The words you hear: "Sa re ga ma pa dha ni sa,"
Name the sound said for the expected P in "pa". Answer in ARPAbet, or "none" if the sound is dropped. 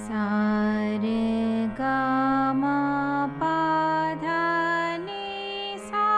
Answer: P